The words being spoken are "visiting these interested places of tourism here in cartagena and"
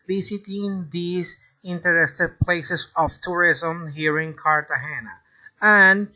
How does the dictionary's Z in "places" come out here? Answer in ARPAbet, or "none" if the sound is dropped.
S